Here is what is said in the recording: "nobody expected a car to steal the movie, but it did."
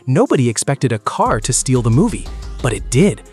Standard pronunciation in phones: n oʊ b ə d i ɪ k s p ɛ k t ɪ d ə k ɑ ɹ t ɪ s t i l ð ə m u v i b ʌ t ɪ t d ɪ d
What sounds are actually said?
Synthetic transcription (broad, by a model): n oʊ b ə d i ɪ k s p ɛ k t ɪ d ə k ɑ ɹ t ɪ s t i l ð ə m u v i b ʌ t ɪ t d ɪ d